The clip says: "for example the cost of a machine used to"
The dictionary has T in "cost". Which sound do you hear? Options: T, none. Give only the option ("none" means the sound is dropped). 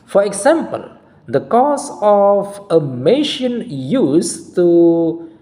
none